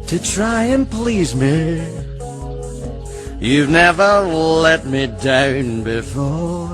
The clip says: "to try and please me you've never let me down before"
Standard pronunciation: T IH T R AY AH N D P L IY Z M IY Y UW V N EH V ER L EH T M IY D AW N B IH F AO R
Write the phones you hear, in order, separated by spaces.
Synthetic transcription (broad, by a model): T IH T R AY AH N P L IY Z M IY Y UW V N EH V ER L EH T M IY D AW N B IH F AO R